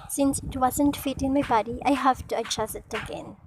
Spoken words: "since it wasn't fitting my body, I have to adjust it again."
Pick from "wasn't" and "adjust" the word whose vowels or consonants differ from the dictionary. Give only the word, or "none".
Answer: adjust